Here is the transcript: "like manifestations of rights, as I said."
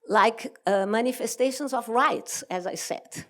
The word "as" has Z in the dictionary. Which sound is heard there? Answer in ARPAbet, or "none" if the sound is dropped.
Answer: Z